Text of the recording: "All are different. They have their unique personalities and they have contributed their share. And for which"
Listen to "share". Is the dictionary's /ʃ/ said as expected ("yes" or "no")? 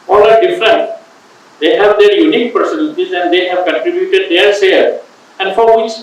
no